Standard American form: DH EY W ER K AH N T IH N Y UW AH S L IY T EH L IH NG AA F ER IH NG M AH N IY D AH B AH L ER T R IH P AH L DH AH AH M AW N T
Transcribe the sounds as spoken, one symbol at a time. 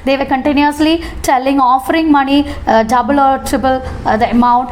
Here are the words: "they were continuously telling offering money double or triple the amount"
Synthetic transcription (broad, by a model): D EY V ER K AH N T IH N Y UW AH S L IY T EH L IH NG AA F ER IH NG M AH N IY D AH B AH L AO T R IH B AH L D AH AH M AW N T